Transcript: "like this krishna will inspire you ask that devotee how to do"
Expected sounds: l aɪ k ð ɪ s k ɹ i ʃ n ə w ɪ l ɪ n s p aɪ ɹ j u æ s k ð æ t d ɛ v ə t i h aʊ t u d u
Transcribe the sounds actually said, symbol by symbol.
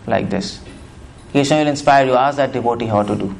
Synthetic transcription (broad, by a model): l aɪ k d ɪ s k i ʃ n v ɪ l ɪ n s p aɪ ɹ j u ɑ s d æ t d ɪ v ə t i h aʊ t u d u